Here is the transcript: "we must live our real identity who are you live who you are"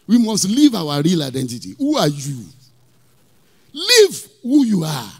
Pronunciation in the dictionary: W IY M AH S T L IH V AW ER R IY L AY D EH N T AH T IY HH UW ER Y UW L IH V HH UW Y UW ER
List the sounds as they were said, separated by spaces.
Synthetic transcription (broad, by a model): W IY M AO S T L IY V AW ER R IY L AY D EH N T AH T IY HH UW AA Y UW L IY V HH UW Y UW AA